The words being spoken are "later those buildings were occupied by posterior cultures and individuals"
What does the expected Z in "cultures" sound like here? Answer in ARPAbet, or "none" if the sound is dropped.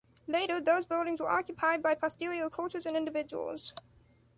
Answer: Z